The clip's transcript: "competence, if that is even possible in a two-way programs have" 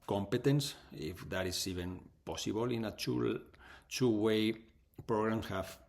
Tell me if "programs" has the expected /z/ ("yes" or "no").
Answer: no